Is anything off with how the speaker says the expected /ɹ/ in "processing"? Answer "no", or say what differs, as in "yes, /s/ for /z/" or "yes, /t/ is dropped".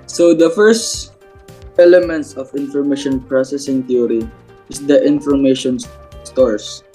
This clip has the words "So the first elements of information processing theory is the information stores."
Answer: no